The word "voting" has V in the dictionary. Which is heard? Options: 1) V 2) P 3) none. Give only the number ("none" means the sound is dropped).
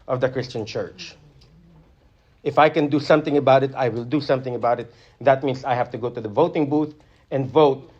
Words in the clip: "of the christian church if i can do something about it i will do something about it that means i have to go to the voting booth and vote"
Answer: 1